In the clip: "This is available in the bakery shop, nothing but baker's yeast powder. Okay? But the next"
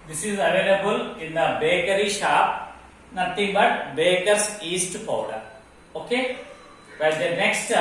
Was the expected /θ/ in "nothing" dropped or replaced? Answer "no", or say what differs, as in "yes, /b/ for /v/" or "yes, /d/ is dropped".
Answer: yes, /t/ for /θ/